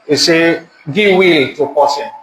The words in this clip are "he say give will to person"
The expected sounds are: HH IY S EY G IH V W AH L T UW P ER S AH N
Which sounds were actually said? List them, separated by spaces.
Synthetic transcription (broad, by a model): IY S EY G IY W AH L T UW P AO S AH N